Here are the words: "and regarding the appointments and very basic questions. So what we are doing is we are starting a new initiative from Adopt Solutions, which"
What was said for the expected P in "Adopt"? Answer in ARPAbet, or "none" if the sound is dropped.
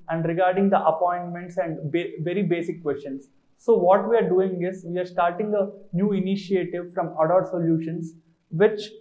none